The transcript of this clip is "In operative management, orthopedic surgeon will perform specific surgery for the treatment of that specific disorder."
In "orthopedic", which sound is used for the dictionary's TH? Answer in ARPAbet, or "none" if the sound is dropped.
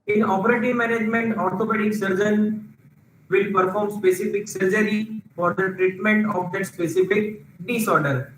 T